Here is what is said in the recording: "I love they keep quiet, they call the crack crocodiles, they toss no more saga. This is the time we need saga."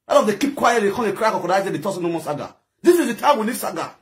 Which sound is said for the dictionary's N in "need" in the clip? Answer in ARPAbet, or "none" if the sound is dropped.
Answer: L